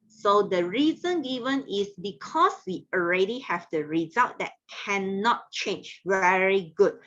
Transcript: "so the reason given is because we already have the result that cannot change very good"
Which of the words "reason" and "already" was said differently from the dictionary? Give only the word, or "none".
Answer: none